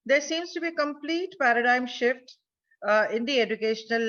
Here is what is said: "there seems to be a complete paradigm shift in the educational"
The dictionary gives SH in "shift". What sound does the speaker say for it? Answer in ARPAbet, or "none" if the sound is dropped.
SH